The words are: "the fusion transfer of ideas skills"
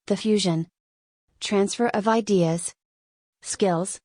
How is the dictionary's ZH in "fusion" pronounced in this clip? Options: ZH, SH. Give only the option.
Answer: ZH